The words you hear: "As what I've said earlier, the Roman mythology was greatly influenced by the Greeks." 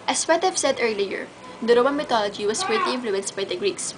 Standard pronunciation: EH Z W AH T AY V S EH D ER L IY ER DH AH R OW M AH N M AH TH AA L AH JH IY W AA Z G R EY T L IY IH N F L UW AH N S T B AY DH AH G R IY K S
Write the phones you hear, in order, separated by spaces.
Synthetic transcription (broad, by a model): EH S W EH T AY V S EH D ER L IY ER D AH R OW M AH N M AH T AA L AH JH IY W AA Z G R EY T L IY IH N F L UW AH N S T B AY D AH G R IY K S